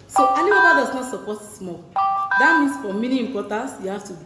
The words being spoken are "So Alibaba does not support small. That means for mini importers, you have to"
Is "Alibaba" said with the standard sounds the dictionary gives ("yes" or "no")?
no